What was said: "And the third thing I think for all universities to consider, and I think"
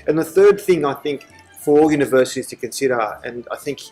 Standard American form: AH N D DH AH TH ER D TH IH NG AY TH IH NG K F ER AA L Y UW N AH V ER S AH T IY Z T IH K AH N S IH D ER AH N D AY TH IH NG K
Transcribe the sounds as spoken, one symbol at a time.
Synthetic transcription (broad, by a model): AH N DH AH TH ER D TH IH NG AY TH IH NG K F ER AA L Y UW N AH V ER S AH T IY Z T IH K AH N S IH D ER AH N AY TH IH NG K